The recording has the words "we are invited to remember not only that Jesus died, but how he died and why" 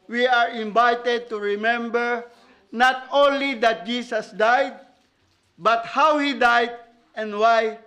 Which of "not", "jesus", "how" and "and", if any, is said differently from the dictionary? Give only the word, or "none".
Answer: jesus